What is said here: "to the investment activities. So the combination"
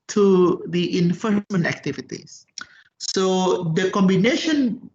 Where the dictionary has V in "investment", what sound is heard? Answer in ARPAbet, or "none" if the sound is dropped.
F